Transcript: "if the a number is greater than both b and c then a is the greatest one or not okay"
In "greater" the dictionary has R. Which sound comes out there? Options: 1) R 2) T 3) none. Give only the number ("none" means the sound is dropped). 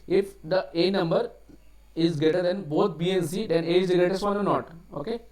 3